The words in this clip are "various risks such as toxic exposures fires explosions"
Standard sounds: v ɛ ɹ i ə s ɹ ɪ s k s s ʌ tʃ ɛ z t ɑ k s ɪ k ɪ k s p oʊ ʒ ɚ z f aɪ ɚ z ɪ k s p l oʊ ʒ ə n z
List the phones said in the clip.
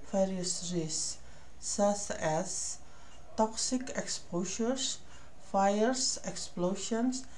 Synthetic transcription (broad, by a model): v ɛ ɹ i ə s ɹ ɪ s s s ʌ s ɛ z t ɑ k s ɪ k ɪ k s p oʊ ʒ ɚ s f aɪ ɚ s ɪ k s p l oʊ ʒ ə n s